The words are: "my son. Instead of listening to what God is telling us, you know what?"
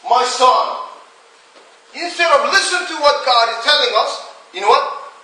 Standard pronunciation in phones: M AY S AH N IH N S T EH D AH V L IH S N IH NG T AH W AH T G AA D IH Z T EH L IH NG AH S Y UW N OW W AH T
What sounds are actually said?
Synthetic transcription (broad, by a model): M AY S AH N IH N S T EH D AH V L IH S IH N T AH W AH T G AA D IH Z T EH L IH NG AH S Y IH N OW W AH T